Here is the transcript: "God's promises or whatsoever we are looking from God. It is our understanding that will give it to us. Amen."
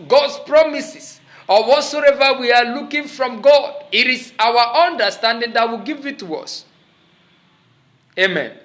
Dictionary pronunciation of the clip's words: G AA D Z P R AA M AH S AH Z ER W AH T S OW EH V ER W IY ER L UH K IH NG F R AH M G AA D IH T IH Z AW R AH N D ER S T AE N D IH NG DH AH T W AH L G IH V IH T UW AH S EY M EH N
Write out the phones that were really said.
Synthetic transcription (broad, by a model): G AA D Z P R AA M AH S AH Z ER W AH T S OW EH V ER W IY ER L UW K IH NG F R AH M G AA D IH T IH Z AW W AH N D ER S T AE N D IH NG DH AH T W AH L G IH V IH T UW AH S EY M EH N